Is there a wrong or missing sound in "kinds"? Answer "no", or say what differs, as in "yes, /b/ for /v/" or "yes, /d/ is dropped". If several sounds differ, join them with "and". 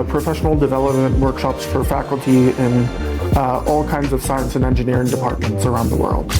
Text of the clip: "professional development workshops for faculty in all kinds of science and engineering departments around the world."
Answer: no